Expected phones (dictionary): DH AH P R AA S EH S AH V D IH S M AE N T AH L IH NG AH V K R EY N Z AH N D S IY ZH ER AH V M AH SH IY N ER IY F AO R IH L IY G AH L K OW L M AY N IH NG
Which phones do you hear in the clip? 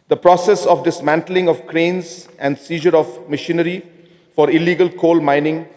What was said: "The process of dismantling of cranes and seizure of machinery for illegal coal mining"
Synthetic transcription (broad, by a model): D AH P R AA S EH S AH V D IH S M AE N T AH L IH NG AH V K R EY N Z AH N D S IY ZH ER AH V M AH SH IY N ER IY F AO R IH L IY G AH L K OW L M AY N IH NG